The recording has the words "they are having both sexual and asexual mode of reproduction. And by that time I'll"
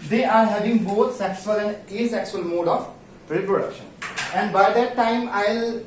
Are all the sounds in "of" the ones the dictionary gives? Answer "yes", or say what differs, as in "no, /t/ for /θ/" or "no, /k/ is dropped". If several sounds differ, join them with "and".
no, /p/ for /v/